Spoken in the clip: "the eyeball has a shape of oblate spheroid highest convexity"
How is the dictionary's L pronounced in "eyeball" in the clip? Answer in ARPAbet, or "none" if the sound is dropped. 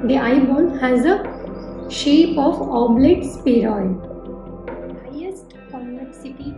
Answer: N